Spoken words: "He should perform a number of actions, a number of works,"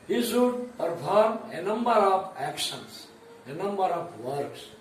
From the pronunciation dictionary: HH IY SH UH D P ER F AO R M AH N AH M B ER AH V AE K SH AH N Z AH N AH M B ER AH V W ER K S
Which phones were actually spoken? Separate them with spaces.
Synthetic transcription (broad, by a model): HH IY S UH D P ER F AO R M AH N AH M B ER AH P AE K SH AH N S AH N AH M B ER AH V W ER K S